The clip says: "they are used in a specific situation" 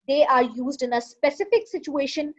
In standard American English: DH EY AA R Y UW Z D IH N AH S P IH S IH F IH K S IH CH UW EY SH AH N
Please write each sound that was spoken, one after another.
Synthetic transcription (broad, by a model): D EY AA R Y UW Z D IH N AH S P IH S IH F IH K S IH CH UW EY SH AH N